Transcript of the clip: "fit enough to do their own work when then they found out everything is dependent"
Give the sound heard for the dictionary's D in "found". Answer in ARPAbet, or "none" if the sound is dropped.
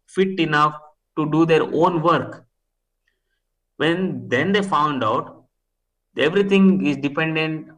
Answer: D